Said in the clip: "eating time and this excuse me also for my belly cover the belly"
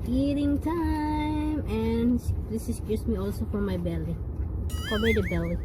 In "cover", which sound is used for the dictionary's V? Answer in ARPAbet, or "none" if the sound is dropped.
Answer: B